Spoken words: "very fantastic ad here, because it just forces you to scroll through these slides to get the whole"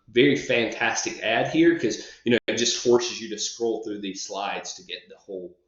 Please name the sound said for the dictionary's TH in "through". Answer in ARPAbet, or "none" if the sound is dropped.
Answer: TH